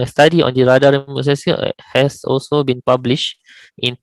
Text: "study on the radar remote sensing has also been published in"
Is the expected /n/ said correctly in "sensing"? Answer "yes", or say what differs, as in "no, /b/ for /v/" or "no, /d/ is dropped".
no, /n/ is dropped